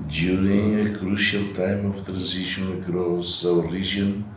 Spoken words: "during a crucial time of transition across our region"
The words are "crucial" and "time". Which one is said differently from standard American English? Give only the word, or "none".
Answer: none